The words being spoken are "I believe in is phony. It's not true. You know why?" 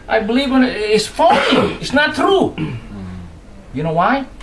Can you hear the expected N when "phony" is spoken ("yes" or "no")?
no